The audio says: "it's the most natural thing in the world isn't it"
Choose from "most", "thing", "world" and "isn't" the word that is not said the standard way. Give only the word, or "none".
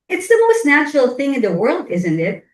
none